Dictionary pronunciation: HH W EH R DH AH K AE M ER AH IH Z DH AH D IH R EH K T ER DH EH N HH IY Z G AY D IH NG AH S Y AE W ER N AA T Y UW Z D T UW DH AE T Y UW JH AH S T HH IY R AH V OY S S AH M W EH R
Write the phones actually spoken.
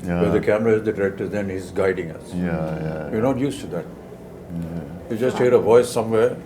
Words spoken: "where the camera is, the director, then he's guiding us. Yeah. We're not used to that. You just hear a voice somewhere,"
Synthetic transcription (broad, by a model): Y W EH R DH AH K AE M ER AH IH Z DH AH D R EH T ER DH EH N HH IY Z G AY D IH NG AH S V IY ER N AA T Y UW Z T UW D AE T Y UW JH AH S T HH IY R AH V OY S S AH M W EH R